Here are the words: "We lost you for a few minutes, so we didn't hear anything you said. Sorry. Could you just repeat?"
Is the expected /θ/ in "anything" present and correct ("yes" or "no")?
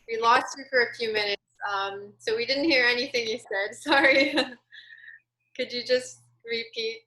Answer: yes